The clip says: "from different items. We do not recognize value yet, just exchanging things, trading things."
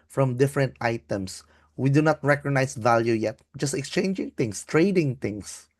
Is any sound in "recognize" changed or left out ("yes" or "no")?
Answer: yes